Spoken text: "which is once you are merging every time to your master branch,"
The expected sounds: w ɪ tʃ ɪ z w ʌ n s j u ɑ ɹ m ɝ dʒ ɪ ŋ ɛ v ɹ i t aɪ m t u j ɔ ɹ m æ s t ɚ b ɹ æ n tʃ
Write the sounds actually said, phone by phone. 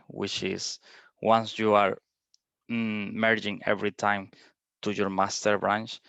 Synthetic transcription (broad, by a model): w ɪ tʃ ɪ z w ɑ n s j u ɑ ɹ m ɝ dʒ ɪ ŋ ɛ v ɹ i t aɪ m t u j ɔ ɹ m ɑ s t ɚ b ɹ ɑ n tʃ